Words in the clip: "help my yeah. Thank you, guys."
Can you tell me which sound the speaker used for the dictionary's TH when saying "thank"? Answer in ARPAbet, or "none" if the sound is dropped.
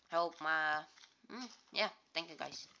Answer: T